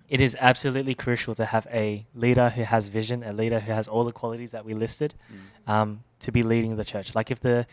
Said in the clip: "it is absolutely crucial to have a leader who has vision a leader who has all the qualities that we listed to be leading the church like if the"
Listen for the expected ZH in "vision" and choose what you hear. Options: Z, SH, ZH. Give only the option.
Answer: ZH